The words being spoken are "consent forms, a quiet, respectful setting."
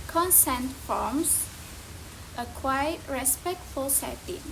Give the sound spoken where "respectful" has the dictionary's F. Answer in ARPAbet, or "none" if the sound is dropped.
F